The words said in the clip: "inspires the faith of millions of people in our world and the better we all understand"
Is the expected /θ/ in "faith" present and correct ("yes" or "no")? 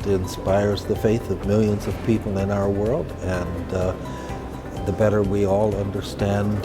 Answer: yes